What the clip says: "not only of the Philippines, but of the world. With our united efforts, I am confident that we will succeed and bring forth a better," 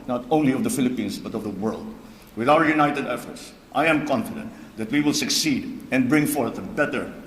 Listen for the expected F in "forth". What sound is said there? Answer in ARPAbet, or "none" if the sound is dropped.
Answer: F